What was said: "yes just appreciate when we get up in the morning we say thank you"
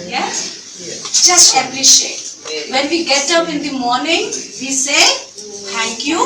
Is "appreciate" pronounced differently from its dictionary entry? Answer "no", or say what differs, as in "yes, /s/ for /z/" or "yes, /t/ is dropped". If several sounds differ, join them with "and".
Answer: yes, /l/ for /ɹ/